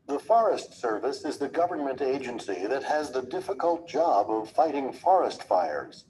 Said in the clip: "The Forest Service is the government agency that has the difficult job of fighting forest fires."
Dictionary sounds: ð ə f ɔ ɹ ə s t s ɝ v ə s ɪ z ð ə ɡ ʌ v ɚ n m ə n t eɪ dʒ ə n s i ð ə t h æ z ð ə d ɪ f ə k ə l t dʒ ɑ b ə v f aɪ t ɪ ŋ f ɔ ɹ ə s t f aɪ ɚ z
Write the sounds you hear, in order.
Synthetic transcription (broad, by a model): ð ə f ɔ ɹ ə s t s ɝ v ə s ɪ z ð ə ɡ ʌ v ɚ n m ə n t eɪ dʒ ə n s i ð ə t h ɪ z ð ə d ɪ f ə k ə l t dʒ ɑ b ə v f aɪ t ɪ ŋ f ɔ ɹ ə s t f aɪ ɚ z